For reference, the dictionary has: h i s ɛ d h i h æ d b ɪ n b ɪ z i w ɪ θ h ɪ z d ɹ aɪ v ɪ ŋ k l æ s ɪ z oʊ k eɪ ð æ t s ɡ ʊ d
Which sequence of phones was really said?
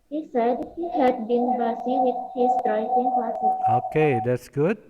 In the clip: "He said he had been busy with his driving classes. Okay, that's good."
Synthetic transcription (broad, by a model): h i s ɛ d h i h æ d b ɪ n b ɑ s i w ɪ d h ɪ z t ɹ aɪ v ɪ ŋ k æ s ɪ oʊ k eɪ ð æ t s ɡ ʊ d